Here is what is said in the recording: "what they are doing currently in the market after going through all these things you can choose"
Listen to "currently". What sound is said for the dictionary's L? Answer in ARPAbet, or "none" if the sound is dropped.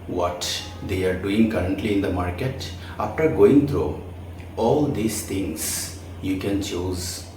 L